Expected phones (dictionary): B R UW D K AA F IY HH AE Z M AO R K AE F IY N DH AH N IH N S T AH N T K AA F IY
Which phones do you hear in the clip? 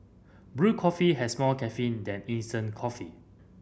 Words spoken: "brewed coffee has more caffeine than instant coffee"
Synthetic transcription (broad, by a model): B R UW K AA F IY HH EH S M AO L K AE F IY N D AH N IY N S T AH N K AA F IY